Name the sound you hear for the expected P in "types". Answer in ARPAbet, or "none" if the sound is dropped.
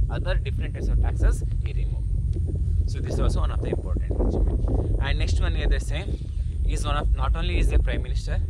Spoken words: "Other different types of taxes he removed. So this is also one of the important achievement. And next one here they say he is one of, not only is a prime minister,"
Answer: none